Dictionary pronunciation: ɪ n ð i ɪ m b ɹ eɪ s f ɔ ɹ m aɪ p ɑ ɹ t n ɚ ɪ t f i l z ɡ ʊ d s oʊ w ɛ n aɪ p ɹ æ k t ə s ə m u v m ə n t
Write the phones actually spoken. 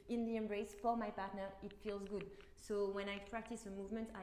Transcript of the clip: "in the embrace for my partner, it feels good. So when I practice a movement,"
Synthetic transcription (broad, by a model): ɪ n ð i ɪ m b ɹ eɪ s f ɔ ɹ m aɪ p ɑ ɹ t n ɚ ɪ t f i l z ɡ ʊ d s oʊ w ɛ n aɪ p ɹ æ k t ə s ə m u v m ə n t